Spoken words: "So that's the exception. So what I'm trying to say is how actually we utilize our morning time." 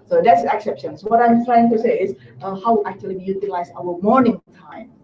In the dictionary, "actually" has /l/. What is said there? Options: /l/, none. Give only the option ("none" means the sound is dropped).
none